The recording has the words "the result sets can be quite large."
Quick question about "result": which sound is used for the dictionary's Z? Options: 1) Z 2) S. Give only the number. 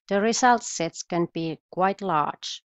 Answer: 2